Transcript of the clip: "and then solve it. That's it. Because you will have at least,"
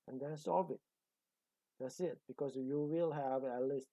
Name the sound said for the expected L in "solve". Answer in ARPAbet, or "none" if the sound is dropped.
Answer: none